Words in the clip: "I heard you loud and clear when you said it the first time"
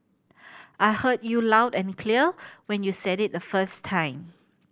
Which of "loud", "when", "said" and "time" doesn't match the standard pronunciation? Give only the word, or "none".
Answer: none